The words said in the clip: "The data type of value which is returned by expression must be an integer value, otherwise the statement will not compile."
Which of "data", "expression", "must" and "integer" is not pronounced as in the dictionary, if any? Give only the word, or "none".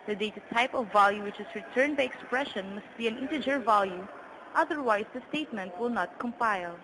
none